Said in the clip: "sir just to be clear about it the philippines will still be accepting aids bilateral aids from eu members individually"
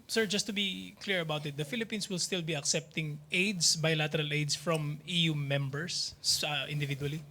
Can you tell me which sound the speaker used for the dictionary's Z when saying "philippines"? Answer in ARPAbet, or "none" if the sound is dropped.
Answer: S